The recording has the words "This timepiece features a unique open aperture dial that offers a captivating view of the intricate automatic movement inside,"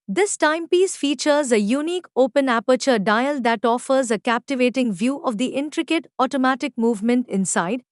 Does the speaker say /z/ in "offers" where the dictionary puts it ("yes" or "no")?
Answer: yes